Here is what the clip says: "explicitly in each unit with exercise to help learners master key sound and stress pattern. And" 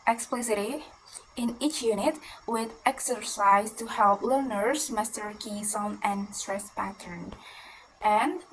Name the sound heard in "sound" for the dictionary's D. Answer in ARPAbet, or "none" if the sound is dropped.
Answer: none